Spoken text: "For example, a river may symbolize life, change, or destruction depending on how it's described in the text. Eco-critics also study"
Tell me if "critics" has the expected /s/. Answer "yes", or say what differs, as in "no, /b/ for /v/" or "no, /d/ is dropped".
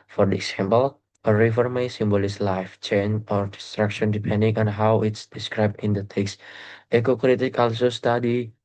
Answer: no, /s/ is dropped